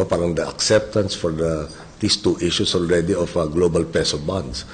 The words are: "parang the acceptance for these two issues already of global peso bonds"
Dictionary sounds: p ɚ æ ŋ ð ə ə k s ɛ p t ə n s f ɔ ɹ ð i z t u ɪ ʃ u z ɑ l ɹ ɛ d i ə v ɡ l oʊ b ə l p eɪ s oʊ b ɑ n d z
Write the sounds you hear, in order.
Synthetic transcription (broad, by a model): p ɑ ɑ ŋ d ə ə k s ɛ p t ə n s f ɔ ɹ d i s t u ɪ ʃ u s ɑ l ɹ ɛ d i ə f ɡ l oʊ b ə l p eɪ s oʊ b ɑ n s